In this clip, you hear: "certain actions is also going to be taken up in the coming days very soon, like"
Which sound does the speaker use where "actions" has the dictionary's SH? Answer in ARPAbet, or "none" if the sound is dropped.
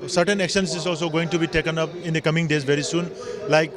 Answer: S